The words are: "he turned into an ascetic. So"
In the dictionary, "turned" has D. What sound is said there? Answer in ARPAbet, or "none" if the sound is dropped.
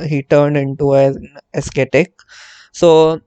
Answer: D